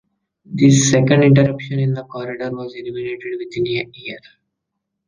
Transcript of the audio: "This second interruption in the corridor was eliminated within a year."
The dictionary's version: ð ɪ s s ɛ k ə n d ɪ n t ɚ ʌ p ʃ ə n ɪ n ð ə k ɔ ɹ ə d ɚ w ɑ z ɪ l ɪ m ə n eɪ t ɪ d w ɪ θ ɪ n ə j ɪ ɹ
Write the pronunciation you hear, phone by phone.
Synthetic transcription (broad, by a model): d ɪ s s ɛ k ə n d ɪ n t ɚ ʌ p ʃ ə n ɪ n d ə k ɔ ɹ ə d ɚ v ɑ z ɪ l ɪ m ə n eɪ t ɪ d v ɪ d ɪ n ə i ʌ ɹ